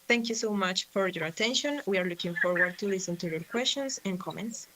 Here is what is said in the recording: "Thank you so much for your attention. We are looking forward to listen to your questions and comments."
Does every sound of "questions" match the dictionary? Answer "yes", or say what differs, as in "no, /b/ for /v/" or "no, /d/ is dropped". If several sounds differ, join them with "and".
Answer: no, /s/ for /z/